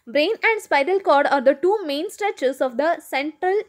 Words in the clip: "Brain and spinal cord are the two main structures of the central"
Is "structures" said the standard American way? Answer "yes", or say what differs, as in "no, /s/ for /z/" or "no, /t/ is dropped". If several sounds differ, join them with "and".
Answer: no, /k/ is dropped